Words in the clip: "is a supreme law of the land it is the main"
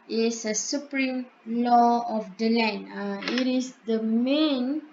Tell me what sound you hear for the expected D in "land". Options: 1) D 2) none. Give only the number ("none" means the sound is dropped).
2